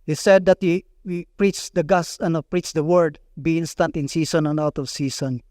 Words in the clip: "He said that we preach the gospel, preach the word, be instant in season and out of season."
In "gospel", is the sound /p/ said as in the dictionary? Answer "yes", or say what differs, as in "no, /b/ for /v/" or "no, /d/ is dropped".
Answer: no, /p/ is dropped